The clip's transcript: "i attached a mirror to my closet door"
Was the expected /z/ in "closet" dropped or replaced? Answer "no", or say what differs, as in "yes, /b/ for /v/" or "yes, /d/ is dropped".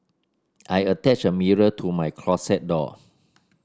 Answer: yes, /s/ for /z/